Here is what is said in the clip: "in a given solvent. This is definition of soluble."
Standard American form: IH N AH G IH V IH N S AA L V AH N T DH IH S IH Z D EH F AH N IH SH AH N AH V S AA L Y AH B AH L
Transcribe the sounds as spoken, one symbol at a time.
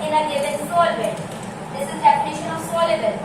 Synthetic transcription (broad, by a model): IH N AH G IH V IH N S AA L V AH T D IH S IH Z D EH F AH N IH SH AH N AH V S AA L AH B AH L